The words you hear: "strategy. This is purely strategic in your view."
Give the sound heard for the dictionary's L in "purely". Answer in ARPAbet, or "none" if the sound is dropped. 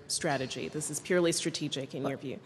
L